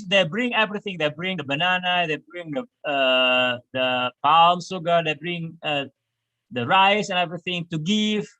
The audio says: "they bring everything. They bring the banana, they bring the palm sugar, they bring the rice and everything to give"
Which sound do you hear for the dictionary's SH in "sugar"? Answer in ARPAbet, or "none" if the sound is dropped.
S